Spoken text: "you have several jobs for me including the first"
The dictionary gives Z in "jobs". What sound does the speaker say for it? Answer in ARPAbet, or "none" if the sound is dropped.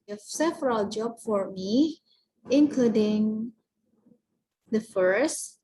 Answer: none